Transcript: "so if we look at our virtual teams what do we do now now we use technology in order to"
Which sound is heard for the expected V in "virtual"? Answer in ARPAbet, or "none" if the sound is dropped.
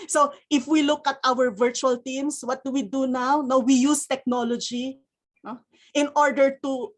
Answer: V